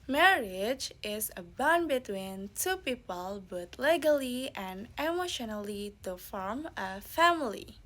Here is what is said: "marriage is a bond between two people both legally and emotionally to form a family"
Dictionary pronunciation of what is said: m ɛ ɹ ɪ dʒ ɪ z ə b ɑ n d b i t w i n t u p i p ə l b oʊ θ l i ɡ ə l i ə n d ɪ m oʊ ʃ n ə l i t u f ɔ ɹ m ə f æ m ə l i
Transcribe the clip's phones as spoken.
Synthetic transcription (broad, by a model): m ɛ ɹ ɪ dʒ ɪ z ə b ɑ n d b i t w i n t u p i p ə l b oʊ t l i ɡ ə l i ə n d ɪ m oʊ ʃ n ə l i t u f ɔ ɹ m ə f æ m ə l i